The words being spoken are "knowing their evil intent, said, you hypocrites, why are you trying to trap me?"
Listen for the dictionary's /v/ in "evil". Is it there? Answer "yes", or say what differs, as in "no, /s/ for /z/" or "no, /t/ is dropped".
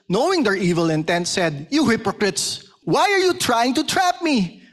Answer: yes